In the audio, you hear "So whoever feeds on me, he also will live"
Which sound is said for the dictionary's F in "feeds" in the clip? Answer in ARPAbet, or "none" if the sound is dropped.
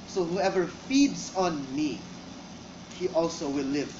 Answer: F